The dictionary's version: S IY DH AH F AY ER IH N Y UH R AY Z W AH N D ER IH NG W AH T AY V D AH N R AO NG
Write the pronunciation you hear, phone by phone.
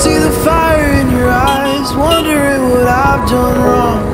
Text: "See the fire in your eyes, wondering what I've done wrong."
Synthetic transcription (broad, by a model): S IY DH AH F AY ER IH N Y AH R AY Z W AH N D ER IH NG W AH T AY V D AH N R AO NG